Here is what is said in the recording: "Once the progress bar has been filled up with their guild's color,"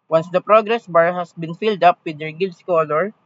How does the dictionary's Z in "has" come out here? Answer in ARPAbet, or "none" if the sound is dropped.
S